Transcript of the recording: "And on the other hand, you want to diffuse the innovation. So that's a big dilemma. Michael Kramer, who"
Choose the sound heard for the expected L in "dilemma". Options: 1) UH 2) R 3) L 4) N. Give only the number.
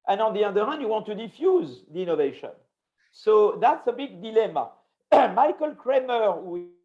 3